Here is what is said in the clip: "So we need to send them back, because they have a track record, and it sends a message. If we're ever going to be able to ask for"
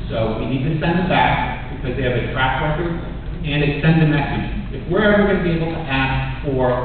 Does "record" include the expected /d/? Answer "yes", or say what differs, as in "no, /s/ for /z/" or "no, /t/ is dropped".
no, /d/ is dropped